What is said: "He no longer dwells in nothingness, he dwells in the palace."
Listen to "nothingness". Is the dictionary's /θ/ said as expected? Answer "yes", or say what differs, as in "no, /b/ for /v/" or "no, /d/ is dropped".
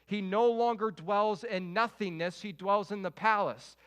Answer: yes